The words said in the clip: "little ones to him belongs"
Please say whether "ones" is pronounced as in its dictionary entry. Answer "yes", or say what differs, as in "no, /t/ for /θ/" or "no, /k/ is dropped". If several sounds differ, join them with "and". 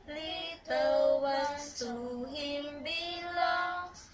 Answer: no, /z/ is dropped